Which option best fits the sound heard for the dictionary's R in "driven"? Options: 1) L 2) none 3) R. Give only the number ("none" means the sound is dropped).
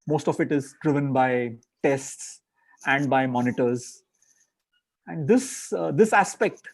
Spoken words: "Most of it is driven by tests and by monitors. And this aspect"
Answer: 3